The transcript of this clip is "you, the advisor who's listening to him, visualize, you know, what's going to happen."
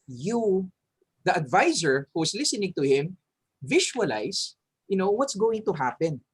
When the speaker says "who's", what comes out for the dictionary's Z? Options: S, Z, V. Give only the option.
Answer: S